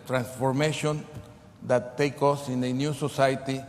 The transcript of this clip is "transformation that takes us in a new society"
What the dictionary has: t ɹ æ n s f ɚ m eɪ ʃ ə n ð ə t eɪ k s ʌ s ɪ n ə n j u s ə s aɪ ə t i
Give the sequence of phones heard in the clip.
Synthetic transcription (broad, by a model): t ɹ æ n s f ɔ m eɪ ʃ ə n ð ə t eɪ k ʌ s ɪ n ə n j u s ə s aɪ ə t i